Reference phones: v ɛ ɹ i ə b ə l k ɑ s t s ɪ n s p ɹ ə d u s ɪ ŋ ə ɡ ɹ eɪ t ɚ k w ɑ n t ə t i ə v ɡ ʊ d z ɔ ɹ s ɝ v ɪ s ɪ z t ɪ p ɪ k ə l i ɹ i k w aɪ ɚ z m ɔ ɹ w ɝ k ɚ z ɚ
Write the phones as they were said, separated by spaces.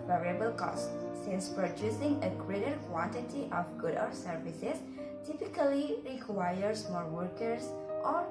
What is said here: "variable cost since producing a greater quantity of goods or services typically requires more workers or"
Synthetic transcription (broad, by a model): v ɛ ɹ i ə b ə l k ɑ s t s ɪ n s p ɹ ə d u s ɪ ŋ ə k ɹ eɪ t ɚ k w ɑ n t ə t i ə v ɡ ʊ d ɔ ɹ s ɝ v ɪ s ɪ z t ɪ p ɪ k ə l i ɹ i k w aɪ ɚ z m ɔ ɹ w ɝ k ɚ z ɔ